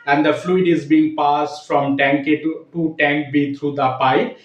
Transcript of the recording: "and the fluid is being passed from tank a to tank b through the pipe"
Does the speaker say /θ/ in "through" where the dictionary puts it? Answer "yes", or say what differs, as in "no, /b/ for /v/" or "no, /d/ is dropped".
no, /t/ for /θ/